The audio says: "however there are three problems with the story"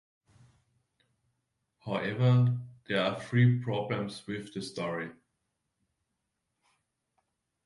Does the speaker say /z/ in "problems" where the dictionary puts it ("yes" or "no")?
no